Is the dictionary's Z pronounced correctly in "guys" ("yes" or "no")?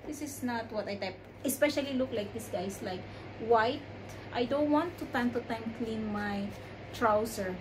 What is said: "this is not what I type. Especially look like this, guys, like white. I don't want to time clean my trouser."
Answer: no